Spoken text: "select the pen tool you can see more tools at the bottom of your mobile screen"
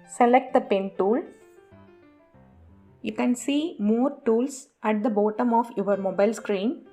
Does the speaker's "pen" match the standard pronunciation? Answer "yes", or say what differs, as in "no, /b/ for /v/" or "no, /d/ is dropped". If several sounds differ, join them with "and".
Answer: yes